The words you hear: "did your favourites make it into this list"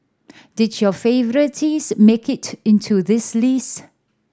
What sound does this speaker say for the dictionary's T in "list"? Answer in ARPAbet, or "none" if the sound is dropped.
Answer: none